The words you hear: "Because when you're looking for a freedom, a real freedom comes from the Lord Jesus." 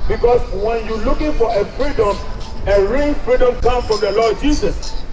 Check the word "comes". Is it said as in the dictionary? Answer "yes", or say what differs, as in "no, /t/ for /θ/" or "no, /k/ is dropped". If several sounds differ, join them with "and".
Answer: no, /z/ is dropped